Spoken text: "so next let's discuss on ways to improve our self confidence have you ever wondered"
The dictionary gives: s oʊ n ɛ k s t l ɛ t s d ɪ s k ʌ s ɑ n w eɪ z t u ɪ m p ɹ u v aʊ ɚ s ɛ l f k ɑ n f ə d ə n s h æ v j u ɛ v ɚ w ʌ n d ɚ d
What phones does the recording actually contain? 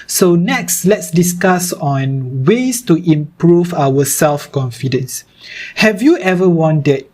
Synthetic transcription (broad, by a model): s oʊ n ɛ k s t l ɛ t s d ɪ s k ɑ s ɑ n w eɪ s t u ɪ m p ɹ u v aʊ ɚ s ɛ l f k ɑ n f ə d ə n s h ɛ v j u ɛ v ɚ w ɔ n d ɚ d